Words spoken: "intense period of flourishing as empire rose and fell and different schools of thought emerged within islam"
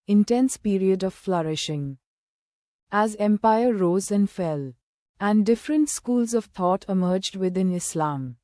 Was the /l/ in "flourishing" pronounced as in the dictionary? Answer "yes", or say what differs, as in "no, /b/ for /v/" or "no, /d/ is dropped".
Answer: yes